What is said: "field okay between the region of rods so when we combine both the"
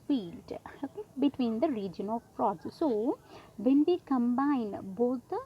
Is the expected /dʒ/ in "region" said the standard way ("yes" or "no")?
yes